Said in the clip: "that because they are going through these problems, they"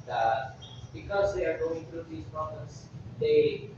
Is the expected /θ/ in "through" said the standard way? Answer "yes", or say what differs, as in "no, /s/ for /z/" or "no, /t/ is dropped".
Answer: no, /t/ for /θ/